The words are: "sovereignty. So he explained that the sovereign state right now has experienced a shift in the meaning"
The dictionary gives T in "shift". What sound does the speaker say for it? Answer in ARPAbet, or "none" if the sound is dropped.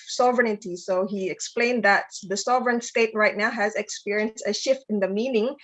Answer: T